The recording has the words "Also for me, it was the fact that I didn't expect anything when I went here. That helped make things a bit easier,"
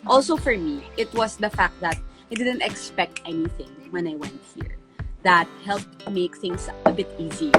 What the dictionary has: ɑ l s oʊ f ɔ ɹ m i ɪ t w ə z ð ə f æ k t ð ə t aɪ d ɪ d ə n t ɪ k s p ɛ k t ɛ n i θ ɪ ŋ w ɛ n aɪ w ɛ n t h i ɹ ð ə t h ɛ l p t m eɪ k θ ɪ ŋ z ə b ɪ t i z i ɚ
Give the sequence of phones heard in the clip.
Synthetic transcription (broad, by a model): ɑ l s oʊ f ɔ ɹ m i ɪ t w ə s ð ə f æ k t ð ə t aɪ d ɪ d ə n t ɪ k s p ɛ k t ɛ n i θ ɪ ŋ w ɛ n aɪ w ɛ n t h i ɹ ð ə t h ɛ l p t m eɪ k θ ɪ ŋ s ə b ɪ t i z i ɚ